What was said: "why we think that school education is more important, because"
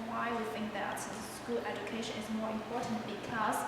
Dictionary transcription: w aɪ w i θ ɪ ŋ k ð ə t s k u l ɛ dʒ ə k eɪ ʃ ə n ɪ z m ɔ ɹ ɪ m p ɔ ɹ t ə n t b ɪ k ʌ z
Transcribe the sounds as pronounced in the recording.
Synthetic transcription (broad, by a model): w aɪ w i θ ɪ ŋ k ð ə t s k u l ɛ dʒ ə k eɪ ʃ ə n ɪ z m ɔ ɹ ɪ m p ɔ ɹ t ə n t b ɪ k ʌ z